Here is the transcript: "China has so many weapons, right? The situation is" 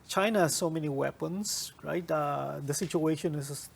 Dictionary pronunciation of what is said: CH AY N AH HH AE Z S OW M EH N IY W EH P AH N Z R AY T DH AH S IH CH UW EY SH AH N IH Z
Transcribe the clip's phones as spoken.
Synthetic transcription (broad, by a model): CH AY N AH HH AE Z S OW M EH N IY W EH P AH N S R AY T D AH S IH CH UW EY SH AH N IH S